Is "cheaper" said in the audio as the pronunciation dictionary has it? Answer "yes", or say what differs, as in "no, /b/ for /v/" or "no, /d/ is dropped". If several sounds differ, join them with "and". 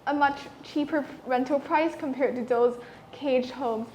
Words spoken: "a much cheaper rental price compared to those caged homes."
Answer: yes